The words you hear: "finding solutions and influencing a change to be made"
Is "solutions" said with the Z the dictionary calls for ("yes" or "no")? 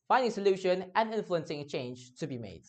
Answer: no